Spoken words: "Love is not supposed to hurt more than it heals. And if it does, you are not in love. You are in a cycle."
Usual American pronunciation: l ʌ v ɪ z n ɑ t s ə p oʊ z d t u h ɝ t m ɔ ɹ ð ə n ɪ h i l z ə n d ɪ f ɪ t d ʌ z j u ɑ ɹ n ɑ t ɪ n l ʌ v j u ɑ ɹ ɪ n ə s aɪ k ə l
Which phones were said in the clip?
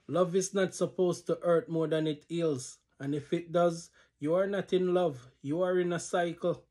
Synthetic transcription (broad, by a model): l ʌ v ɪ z n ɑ t s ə p oʊ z t u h ɝ t m ɔ ɹ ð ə n ɪ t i l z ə n ɪ f ɪ t d ʌ z j u ɑ ɹ n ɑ t ɪ n l ʌ v j u ɑ ɹ ɪ n ə s aɪ k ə l